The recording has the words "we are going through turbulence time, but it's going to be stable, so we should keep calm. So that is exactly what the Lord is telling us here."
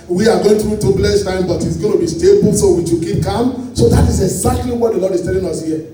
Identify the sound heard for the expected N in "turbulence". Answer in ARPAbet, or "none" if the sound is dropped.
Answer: none